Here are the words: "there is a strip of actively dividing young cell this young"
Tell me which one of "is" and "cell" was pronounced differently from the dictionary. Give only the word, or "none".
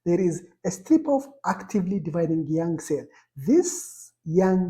none